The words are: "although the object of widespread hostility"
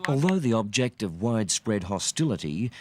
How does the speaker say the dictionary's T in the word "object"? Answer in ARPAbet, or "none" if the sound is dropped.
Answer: T